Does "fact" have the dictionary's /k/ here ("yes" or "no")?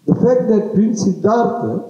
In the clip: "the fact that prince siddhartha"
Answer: yes